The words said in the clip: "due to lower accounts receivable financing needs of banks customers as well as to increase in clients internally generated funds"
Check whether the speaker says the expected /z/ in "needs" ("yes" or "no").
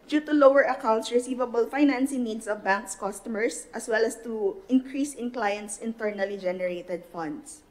no